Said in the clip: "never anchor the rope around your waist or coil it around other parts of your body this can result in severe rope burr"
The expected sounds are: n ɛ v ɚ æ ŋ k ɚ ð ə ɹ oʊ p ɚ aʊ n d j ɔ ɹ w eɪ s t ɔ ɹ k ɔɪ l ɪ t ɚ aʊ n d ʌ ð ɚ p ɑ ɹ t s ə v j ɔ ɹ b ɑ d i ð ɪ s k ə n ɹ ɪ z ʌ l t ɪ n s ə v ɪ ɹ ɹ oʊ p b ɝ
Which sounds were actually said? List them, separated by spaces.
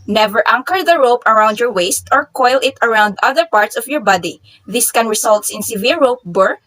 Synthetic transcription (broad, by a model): n ɛ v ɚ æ ŋ k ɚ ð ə ɹ oʊ p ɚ aʊ n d j ɔ ɹ w eɪ s t ɔ ɹ k ɔɪ l ɪ t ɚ aʊ n d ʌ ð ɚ p ɑ ɹ t s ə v j ɔ ɹ b ɑ d i ð ɪ s k ə n ɹ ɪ s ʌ l t ɪ n s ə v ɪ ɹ ɹ oʊ p b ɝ